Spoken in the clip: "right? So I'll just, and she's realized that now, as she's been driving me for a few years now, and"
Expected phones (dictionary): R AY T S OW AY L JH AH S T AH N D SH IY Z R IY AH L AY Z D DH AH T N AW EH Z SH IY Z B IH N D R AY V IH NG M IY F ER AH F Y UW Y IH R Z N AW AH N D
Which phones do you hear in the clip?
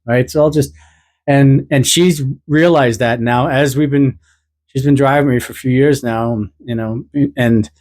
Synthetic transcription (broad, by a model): R AY T S OW AY L JH AH S T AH N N SH IY Z R IY AH L AY Z D DH AH T N AW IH Z SH IY Z B IH N D R AY V IH NG M IY F ER AH F Y UW Y IH R Z N AW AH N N